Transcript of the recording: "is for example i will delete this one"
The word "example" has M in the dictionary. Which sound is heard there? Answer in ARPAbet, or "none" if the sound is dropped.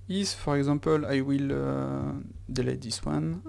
none